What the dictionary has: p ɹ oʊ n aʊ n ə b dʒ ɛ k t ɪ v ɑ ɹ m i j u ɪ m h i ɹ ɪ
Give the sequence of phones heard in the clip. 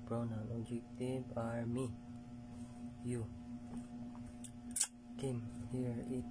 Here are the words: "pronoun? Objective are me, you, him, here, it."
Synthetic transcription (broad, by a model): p ɹ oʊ n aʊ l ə dʒ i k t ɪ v ɑ ɹ m i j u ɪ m h i ɹ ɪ